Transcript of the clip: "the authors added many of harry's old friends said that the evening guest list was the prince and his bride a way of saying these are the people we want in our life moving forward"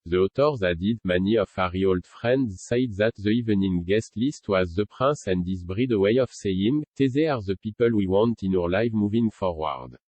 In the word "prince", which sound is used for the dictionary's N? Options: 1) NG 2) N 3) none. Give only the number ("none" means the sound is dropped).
3